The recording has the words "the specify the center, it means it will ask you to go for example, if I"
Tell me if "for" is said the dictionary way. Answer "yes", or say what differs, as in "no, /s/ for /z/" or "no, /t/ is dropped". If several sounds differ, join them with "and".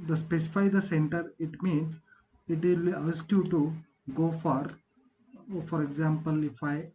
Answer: yes